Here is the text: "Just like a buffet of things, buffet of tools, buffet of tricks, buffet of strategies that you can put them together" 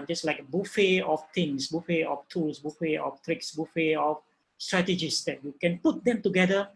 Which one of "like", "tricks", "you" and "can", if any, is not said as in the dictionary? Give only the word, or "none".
none